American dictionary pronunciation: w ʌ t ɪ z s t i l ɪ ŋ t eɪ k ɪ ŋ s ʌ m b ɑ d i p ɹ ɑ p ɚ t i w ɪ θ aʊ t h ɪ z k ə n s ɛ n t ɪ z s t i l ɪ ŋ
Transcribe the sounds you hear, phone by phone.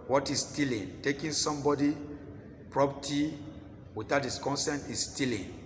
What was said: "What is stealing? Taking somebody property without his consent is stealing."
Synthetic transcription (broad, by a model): w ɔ t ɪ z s t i l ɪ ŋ t eɪ k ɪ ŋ s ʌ m b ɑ d i p ɹ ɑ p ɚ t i w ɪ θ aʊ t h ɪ s k ə n s ɛ n t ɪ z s t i l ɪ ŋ